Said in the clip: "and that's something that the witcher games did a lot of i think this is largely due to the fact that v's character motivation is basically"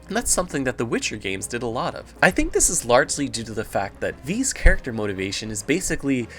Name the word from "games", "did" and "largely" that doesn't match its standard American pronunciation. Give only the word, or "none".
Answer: none